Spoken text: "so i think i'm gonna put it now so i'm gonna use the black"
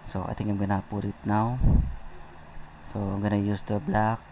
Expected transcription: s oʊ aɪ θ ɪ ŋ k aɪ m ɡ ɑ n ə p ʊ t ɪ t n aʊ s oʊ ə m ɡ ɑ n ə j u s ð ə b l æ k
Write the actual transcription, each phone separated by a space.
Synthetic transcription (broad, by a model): s oʊ aɪ t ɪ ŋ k aɪ m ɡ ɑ n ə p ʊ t ɪ t n aʊ s oʊ ə m ɡ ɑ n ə j u s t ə b l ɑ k